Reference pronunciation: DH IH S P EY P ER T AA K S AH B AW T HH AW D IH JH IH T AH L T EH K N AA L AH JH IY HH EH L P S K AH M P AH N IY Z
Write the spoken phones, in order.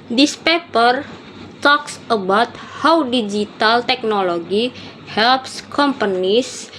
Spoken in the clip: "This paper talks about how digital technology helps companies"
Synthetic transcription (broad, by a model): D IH S P EY P ER T AA K S AH B AW T HH AW D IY JH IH T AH L T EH K N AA L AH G IY HH EH L P S K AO M P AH N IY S